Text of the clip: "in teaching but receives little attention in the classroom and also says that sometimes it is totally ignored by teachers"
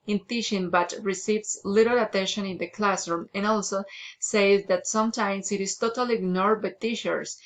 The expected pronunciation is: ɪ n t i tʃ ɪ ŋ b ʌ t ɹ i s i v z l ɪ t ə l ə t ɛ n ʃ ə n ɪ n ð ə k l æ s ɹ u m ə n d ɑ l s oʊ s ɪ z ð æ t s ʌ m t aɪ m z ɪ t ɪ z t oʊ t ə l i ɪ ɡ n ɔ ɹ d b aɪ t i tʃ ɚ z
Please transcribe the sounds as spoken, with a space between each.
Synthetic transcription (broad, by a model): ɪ n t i ʃ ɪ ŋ b ʌ t ɹ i s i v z l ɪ t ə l ə t ɛ n ʃ ə n ɪ n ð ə k l æ s ɹ u m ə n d ɑ l s oʊ s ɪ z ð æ t s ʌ m t aɪ m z ɪ t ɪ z t oʊ t ə l i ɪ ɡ n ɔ ɹ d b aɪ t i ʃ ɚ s